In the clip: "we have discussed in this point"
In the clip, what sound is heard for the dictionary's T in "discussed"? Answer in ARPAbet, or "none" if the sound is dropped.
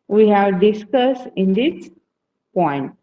none